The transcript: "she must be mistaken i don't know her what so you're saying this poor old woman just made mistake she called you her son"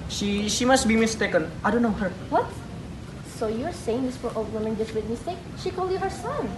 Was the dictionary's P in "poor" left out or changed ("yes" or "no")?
yes